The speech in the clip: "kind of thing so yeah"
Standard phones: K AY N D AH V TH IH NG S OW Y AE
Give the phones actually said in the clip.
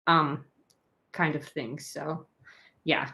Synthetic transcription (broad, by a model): K AY N D AH V TH IH NG S OW Y AE